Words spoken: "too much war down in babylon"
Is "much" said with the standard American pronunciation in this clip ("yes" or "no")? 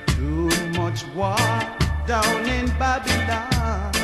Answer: yes